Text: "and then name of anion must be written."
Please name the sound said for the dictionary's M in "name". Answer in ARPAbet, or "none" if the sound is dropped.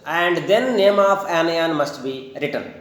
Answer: M